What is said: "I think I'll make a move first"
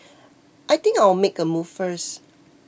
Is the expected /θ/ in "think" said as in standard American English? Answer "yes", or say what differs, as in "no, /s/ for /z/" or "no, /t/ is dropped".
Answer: no, /t/ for /θ/